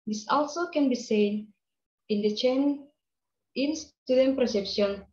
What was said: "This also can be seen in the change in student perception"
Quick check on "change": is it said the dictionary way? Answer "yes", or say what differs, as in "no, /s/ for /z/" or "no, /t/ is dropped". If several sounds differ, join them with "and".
no, /dʒ/ is dropped